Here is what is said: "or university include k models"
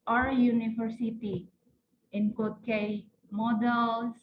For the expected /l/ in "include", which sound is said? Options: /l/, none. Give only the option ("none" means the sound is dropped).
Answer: none